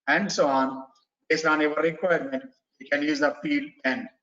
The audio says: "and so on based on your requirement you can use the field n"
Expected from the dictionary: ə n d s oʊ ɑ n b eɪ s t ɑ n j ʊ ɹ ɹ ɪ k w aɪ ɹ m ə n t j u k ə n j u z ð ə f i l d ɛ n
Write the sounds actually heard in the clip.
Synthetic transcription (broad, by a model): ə n d s oʊ ɑ n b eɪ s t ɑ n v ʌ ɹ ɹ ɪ k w aɪ ɹ m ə n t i k ə n j u z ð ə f i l ɛ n